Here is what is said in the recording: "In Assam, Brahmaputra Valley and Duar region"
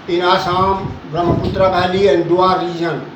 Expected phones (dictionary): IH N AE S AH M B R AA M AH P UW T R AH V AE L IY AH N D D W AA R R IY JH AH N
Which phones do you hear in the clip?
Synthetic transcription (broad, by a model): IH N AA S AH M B R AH M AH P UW T R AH B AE L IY AH N D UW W AA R R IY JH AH N